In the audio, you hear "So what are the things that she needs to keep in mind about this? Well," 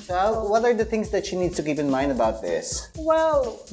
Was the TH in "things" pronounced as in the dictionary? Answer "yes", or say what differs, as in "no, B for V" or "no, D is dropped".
yes